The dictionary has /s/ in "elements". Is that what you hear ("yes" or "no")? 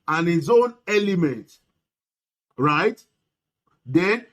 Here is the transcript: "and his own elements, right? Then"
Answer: no